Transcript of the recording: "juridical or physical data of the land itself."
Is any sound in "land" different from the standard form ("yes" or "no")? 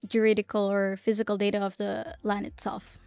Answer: yes